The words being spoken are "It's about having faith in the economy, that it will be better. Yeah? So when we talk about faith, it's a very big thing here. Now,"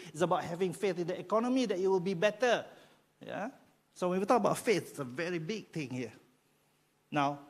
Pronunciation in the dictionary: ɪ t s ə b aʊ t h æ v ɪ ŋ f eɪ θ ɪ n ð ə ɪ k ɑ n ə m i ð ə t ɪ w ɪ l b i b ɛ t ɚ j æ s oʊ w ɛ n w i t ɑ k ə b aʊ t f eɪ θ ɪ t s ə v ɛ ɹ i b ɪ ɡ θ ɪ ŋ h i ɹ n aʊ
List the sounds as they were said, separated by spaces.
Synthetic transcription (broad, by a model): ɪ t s ə b aʊ t h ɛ v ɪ ŋ f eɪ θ ɪ n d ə ɪ k ɑ n ə m i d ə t ɪ w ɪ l b i b ɛ t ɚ j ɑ s oʊ w ɛ n w i t ɑ k ə b aʊ t f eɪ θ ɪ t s ə v ɛ ɹ i b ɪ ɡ t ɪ ŋ h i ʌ n aʊ